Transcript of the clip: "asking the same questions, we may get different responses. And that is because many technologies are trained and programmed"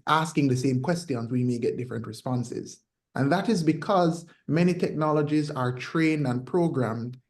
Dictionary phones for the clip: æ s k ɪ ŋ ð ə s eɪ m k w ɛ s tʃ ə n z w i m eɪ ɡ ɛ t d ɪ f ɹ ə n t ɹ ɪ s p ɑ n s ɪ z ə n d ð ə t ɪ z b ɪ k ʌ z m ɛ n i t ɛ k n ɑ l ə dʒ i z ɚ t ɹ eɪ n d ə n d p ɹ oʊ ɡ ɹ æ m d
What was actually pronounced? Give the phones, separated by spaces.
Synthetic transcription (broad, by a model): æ s k ɪ ŋ ð ə s eɪ m k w ɛ s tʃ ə n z w i m eɪ ɡ ɛ t d ɪ f ɹ ə n t ɹ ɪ s p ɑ n s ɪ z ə n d ð ə t ɪ z b ɪ k ʌ z m ɛ n i t ɛ k n ɑ l ə dʒ i z ɚ t ɹ eɪ n d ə n p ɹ oʊ ɡ ɹ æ m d